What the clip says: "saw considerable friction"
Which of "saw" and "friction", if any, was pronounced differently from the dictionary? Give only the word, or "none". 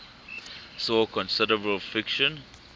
friction